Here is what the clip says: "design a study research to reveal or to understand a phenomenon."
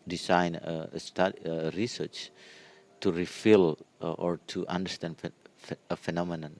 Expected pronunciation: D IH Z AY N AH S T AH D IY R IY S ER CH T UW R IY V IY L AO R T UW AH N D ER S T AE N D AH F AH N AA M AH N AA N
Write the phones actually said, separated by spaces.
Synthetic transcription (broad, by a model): D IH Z AY N AH S T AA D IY R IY S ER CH T UW R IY F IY L AO R T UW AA N D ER S T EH N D AH F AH N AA M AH N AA N